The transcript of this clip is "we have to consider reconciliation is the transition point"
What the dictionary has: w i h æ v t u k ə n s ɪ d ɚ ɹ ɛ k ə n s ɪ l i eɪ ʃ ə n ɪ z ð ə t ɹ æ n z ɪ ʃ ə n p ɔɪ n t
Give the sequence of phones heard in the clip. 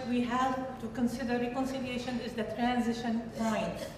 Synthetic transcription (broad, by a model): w i h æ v t u k ə n s ɪ d ɚ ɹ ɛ k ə n s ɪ l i eɪ ʃ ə n ɪ z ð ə t ɹ æ n z ɪ ʃ ə n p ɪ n